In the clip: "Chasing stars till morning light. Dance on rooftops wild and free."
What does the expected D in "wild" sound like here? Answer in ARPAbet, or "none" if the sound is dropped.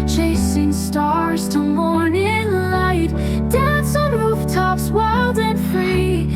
D